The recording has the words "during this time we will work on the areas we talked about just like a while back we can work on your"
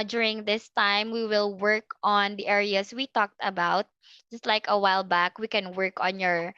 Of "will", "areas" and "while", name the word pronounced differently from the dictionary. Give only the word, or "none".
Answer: areas